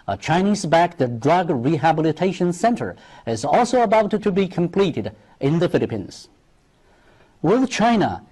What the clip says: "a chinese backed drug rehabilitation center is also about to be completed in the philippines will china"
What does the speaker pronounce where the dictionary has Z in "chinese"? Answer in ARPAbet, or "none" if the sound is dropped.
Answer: Z